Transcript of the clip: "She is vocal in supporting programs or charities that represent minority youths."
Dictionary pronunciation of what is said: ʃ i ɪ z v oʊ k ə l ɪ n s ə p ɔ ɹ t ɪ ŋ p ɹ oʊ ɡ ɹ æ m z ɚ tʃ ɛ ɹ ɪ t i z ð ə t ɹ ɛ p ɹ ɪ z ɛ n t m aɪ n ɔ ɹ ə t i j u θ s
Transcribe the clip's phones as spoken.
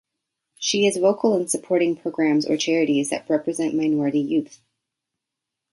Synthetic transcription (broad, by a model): ʃ i ɪ z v oʊ k l ɪ n s ə p ɔ ɹ t ɪ ŋ p ɹ oʊ ɡ ɹ æ m z ɚ tʃ ɛ ɹ ɪ t i z ð ə t ɹ ɛ p ɹ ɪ z ɛ n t m aɪ n ɔ ɹ ə t i j u θ